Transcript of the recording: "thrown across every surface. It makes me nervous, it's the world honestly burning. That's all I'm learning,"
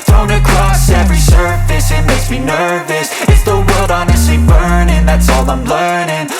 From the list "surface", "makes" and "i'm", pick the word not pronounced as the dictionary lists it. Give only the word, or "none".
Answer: makes